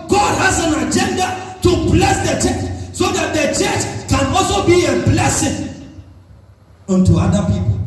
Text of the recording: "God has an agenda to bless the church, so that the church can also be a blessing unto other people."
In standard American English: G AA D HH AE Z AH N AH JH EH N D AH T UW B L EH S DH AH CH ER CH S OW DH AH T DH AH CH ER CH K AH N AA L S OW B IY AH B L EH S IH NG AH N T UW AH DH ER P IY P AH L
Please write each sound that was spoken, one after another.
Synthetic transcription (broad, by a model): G AA D HH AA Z AH N AH JH EH N D AH T UW B L EH S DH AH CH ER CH S OW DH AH T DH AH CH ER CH K AH N AA L S OW B IY AH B L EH S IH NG AH N T UW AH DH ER P IY P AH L